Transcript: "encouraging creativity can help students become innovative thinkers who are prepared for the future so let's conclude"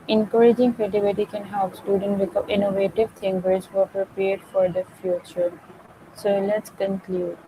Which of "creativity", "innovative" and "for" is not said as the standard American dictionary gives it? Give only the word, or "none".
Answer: creativity